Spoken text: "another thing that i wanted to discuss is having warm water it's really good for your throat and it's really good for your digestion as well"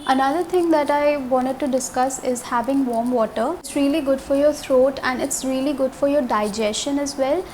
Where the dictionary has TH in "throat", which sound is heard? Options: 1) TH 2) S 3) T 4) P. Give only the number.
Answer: 3